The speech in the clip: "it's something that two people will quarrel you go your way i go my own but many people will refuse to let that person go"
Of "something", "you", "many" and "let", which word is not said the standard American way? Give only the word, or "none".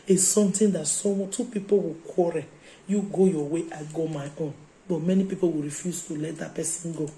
something